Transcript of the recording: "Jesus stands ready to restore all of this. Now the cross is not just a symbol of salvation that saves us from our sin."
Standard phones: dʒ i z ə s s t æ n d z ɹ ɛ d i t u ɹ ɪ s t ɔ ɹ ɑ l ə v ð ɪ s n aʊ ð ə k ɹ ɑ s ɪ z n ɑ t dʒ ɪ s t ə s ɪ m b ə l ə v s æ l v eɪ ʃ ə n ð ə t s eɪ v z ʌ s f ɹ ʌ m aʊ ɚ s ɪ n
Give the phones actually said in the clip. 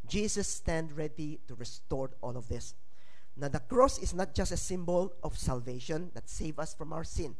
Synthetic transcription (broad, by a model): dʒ i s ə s s t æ n d ɹ ɛ d i t u ɹ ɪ s t ɔ ɹ ɑ l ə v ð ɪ s n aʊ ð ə k ɹ ɑ s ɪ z n ɑ t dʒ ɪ s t ə s ɪ m b ə l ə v s æ l v eɪ ʃ ə n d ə t s eɪ v ʌ s f ɹ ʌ m aʊ ɚ s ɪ n